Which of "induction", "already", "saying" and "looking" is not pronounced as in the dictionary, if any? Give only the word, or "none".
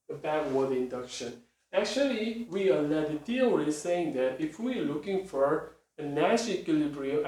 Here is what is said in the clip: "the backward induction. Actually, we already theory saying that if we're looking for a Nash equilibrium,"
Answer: already